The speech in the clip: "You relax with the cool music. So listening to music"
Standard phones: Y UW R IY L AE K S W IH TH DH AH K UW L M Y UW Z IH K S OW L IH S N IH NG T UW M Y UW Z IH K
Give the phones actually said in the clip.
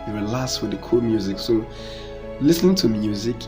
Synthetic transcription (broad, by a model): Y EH W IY L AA S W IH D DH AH K UW L M Y UW Z IH K S OW L IH S N IH NG T UW M Y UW Z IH K